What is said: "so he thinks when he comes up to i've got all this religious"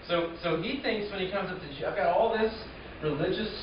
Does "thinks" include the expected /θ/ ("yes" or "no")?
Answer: yes